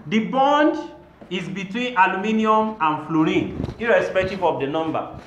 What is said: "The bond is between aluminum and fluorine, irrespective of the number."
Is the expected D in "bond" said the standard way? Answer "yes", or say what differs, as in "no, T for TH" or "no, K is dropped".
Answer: yes